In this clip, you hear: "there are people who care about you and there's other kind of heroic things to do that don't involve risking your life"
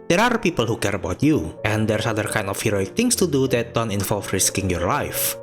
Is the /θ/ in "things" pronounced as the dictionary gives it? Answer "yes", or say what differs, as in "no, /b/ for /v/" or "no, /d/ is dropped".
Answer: no, /t/ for /θ/